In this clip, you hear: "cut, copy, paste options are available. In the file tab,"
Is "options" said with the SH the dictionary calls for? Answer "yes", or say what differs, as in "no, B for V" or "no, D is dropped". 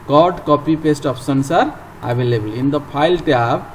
no, S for SH